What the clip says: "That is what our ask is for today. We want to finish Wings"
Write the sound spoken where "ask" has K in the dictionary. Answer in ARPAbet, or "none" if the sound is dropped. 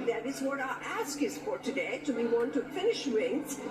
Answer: K